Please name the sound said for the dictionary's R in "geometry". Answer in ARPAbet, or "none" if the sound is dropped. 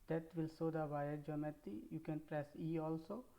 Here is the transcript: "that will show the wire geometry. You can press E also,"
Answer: none